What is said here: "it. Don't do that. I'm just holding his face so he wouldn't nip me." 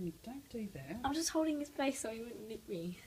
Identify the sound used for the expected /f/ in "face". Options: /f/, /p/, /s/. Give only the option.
/p/